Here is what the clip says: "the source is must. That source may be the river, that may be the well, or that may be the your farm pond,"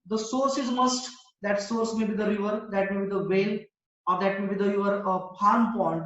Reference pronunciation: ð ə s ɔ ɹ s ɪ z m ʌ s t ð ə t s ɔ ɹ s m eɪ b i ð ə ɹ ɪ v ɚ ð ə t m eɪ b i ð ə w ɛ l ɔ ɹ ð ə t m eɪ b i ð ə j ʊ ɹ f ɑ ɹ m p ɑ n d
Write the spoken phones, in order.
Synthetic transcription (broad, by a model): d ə s ɔ ɹ s ɪ z m ʌ s t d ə t s ɔ ɹ s m eɪ b i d ə ɹ ɪ v ɚ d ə t m eɪ b i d ə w ɛ l ɔ ɹ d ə t m eɪ b i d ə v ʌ ɹ p ɑ ɹ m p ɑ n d